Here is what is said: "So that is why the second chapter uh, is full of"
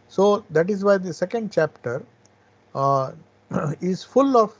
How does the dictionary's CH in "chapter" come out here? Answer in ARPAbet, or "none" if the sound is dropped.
CH